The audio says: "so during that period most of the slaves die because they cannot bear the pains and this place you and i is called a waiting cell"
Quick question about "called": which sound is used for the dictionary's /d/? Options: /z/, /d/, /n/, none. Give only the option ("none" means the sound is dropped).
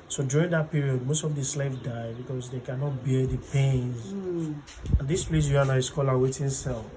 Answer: none